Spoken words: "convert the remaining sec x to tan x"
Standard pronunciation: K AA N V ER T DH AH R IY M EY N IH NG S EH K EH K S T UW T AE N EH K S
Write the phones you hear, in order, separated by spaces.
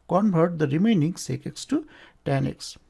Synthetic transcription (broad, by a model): K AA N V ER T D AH R IY M EY N IH NG S EH K EH K S T UW T AE N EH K S